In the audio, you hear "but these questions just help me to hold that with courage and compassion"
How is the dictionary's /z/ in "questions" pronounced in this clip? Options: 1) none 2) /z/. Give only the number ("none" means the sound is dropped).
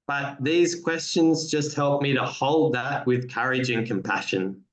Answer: 2